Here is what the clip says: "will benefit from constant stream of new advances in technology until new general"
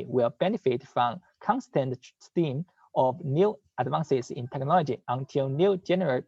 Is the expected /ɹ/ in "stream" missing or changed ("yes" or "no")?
yes